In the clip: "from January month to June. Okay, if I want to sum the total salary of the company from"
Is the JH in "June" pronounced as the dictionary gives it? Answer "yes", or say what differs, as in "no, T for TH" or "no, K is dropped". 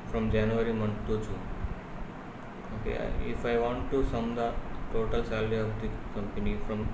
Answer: no, CH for JH